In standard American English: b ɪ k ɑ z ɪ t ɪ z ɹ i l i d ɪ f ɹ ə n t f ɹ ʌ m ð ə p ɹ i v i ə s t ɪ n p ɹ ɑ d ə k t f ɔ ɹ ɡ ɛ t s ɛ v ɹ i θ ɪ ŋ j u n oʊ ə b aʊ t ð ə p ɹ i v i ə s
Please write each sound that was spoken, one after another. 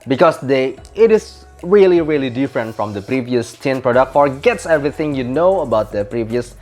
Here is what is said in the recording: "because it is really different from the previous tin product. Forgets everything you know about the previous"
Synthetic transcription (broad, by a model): b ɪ k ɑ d ɪ t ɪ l ɹ i l i d ɪ f ɹ ə n t f ɹ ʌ m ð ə p ɹ i v i ə s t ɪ n p ɹ ɑ d ə k t f ɔ ɹ ɡ ɛ t s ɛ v ɹ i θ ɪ ŋ j u n oʊ ə b aʊ t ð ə p ɹ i v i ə s